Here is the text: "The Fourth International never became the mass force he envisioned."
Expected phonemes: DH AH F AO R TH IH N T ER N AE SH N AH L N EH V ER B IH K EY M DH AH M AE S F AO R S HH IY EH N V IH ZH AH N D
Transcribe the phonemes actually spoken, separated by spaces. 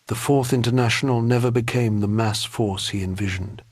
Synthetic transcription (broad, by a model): DH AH F AO R TH IH N T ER N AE SH N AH L N EH V ER B IH K EY M DH AH M AE S F AO R S HH IY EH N V IH ZH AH N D